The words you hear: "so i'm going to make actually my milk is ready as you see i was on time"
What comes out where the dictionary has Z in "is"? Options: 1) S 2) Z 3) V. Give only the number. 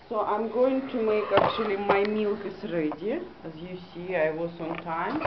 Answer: 1